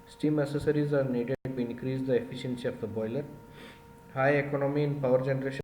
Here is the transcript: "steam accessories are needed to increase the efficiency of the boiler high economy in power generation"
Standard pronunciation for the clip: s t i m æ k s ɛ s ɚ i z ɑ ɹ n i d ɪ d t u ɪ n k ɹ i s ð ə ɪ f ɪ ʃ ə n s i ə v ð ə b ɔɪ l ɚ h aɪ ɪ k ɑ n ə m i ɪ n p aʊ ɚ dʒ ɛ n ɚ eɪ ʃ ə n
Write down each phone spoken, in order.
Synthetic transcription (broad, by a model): s t i m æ s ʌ s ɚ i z ɑ ɹ n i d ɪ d t u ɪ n k ɹ i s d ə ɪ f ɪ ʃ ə n s i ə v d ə b ɔɪ l ɚ h aɪ ɪ k ɑ n ə m i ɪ n p aʊ ɚ dʒ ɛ n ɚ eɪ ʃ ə